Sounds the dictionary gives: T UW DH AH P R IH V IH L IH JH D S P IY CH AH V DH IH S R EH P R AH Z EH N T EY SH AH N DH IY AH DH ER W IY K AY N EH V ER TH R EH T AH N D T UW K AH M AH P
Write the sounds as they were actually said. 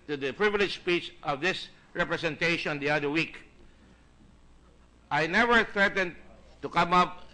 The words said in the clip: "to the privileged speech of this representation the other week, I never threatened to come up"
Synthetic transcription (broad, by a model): T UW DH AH P R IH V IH L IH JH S P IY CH AH V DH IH S R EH P R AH S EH N T EY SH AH N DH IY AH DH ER W IY K AY N EH V ER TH R EH T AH N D T UW K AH M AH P